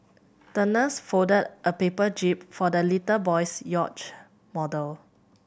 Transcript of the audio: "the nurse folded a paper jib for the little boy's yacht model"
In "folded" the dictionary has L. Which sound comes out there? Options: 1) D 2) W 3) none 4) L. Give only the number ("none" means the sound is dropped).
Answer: 3